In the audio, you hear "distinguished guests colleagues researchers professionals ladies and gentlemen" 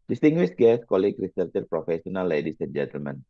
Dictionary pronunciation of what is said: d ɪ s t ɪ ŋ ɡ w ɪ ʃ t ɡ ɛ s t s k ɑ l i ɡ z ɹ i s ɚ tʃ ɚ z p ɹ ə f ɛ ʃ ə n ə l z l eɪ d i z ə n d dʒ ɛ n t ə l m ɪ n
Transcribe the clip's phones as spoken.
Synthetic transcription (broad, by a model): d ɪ s t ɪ ŋ ɡ w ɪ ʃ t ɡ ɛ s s k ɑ l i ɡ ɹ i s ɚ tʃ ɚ p ɹ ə f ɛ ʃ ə n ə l l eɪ d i s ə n dʒ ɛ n t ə l m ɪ n